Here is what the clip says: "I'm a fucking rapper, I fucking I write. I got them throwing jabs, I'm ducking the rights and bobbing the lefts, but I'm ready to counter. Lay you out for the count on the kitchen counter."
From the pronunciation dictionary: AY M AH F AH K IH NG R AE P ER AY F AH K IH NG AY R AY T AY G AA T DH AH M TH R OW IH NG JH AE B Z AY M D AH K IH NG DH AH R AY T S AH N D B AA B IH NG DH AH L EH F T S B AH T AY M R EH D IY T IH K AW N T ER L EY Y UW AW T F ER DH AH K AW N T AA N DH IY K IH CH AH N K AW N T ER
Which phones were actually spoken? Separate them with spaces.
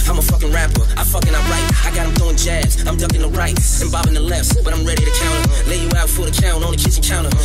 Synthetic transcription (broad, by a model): AY M AH F AH K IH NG R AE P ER AY F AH K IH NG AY R AY T AY G AA T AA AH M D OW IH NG JH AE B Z AY M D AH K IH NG DH AH R AY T AH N B AA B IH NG DH AH L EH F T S B AH T AY M R EH D IY T IH K AW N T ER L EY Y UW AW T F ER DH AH K AW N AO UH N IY K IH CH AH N K AW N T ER